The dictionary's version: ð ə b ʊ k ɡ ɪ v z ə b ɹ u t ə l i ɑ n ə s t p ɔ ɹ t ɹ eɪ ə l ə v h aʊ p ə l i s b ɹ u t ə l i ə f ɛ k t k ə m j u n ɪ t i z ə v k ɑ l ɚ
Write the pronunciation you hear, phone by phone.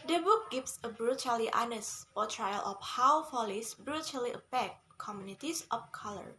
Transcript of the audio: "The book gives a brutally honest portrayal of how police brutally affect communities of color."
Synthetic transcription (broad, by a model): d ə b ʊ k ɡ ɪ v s ə b ɹ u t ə l i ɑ n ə s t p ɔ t ɹ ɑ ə l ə f h aʊ f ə l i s b ɹ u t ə l i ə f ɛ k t k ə m j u n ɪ t i s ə f k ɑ l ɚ